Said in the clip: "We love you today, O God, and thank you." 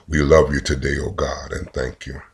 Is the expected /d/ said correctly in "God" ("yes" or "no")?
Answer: yes